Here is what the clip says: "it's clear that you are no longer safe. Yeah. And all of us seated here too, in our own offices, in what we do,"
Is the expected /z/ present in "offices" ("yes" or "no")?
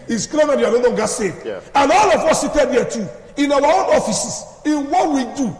no